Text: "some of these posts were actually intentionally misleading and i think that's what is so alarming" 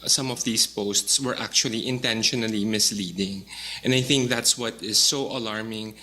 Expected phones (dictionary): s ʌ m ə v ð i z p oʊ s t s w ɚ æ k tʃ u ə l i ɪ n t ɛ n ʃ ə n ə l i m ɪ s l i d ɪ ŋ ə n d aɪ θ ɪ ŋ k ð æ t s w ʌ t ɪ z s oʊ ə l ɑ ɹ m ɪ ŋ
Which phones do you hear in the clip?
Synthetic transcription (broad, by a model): s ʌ m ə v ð i s p oʊ s t s w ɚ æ k tʃ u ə l i ɪ n t ɛ n ʃ ə n ə l i m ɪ s l i d ɪ ŋ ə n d aɪ θ ɪ ŋ k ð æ t s w ʌ t ɪ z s oʊ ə l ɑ ɹ m ɪ ŋ